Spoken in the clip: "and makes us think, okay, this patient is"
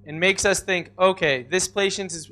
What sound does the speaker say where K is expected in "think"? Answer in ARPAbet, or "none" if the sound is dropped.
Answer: K